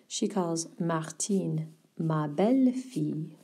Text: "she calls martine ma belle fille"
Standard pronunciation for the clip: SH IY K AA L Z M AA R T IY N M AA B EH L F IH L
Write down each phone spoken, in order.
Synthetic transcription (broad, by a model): SH IY K AA L Z M AA R T IY N M AA B EH L F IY